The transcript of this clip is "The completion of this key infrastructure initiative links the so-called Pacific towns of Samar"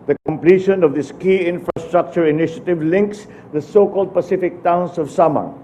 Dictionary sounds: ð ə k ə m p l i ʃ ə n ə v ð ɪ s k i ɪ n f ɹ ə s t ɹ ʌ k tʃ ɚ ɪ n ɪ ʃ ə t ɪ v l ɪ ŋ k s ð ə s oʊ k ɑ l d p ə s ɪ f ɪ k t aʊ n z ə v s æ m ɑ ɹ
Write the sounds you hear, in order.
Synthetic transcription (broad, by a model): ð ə k ə m p l i ʃ ə n ə v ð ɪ s k i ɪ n f ɹ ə s t ɹ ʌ k tʃ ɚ ɪ n ɪ ʃ ə t ɪ v l ɪ ŋ k s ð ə s oʊ k ɑ l d p ə s ɪ f ɪ k t aʊ n s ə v s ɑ m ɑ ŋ